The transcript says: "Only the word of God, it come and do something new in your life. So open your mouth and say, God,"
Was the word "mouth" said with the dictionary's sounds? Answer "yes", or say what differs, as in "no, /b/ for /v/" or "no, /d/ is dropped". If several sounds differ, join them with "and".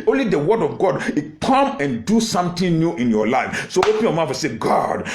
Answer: no, /f/ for /θ/